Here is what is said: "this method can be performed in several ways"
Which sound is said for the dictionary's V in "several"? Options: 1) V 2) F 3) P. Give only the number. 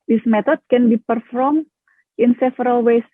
2